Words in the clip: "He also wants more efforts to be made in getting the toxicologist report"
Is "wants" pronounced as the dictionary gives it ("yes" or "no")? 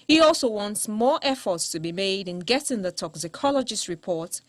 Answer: yes